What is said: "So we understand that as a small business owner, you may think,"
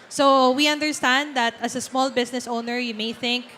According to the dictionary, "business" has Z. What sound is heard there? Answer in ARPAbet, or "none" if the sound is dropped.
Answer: S